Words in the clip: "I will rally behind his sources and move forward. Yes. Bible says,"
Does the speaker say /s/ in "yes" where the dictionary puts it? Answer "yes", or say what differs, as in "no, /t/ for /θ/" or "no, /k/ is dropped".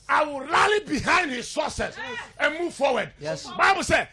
no, /s/ is dropped